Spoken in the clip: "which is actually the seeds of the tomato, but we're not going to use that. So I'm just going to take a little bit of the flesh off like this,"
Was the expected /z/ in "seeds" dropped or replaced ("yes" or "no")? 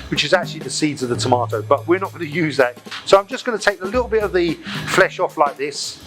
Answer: no